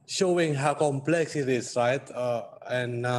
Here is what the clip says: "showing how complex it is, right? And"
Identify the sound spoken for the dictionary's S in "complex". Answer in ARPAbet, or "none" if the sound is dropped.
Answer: S